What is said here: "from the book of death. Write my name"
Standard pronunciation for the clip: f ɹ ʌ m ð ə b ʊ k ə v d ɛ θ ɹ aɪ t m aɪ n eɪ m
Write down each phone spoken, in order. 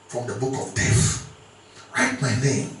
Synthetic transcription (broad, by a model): f ɹ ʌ m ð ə b ʊ k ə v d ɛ f ɹ aɪ t m aɪ n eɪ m